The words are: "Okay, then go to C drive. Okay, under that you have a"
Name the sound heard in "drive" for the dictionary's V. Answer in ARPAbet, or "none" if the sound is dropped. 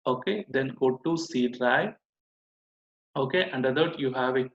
none